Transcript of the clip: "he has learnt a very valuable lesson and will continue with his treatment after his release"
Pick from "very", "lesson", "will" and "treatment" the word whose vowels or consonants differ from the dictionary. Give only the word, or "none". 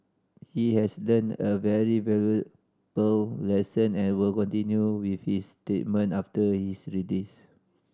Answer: treatment